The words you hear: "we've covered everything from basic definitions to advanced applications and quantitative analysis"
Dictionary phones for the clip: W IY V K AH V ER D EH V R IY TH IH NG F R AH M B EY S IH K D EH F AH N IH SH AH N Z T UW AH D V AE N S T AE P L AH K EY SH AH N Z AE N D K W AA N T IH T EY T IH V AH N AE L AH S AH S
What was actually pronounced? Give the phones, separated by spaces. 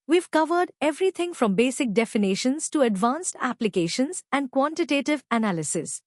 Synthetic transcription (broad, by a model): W IY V K AH V ER D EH V R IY T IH NG F R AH M B EY S IH K D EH F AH N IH SH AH N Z T UW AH D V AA N S T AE P L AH K EY SH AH N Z AE N D K W AA N T IH T EY T IH V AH N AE L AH S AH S